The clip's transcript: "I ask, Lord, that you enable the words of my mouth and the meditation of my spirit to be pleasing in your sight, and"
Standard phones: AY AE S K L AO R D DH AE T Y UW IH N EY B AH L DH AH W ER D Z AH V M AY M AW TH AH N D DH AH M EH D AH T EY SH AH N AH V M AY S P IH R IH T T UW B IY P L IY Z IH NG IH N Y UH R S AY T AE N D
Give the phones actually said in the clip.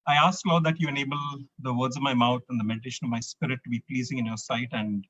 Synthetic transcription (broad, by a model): AY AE S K L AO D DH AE T Y UW IH N EY B AH L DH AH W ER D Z AH V M AY M AW T AH N D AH M EH D AH T EY SH AH N AH V M AY S P IH R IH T T UW B IY P L IY Z IH NG IH N Y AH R S AY T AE N D